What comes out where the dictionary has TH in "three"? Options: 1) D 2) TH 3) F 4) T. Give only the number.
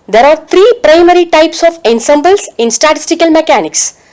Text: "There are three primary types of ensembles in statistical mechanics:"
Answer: 4